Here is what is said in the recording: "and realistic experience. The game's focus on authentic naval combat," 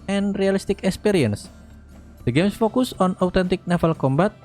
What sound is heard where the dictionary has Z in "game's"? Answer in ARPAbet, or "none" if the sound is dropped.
S